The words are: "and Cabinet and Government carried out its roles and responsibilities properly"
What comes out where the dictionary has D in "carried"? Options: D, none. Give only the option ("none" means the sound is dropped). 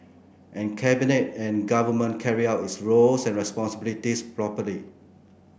none